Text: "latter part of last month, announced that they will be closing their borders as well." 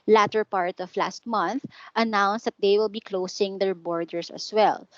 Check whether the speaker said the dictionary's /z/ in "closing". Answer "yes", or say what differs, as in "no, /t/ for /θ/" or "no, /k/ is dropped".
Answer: no, /s/ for /z/